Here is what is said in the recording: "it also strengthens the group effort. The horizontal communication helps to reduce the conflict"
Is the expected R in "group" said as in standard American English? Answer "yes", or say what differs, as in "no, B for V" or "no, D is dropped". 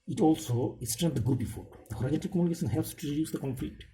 no, R is dropped